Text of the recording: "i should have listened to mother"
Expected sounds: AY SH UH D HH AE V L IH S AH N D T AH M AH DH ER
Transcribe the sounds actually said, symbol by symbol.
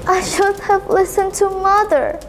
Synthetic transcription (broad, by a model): AY SH UH D HH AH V L IH S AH N T AH M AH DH ER